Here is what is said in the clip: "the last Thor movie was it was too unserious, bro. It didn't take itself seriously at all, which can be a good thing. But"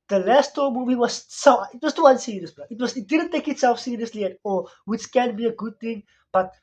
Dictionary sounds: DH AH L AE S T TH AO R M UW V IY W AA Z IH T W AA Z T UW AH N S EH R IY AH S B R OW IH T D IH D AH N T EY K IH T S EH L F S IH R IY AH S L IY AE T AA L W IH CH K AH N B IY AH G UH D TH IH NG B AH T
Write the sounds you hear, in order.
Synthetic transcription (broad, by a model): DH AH L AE S T T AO M UW V IY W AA S IH T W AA S T UW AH N S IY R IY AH S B W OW IH T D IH D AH N T EY K IH T S EH L F S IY R IY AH S L IY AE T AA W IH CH K AH N B IY AH G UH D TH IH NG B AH T